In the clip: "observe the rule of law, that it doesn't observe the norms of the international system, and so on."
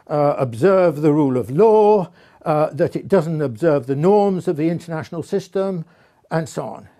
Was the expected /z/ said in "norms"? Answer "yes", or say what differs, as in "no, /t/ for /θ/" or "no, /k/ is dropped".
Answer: yes